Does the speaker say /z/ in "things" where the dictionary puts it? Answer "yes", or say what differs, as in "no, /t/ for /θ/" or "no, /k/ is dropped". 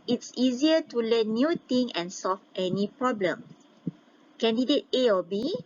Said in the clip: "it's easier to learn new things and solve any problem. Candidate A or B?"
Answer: no, /z/ is dropped